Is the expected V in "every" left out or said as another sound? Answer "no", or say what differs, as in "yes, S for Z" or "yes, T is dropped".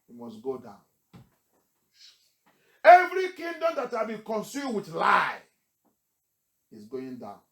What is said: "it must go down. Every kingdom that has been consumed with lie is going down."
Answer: no